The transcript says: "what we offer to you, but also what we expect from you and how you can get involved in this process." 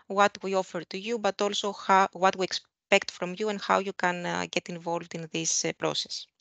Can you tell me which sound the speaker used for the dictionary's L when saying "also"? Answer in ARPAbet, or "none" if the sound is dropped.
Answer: L